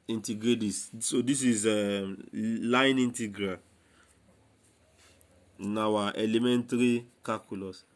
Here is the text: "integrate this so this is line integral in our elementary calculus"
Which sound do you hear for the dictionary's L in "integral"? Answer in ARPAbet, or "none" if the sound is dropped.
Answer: N